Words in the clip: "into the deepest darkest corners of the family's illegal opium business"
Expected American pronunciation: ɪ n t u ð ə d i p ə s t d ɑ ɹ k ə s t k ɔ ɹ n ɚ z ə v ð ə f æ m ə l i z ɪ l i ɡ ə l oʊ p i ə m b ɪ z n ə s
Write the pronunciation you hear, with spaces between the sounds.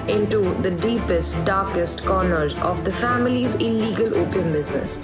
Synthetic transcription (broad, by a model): ɪ n t u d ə d i p ə s t d ɑ ɹ k ə s t k ɔ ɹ n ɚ ə v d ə f æ m ə l i z ɪ l i ɡ ə l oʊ p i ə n b ɪ z n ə s